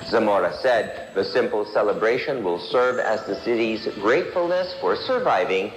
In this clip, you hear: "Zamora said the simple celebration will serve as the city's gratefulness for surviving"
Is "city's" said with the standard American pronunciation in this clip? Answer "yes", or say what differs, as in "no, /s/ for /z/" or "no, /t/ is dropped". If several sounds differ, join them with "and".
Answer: yes